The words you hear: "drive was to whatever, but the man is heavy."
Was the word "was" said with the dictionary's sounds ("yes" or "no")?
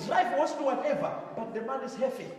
no